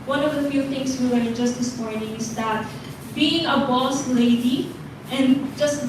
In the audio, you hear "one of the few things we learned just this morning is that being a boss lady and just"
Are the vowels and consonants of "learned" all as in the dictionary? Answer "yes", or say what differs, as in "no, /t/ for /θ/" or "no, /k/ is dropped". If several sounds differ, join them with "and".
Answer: no, /w/ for /l/